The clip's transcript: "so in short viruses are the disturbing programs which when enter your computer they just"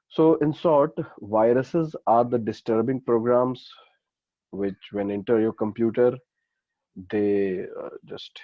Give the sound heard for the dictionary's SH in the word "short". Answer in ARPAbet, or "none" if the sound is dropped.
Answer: S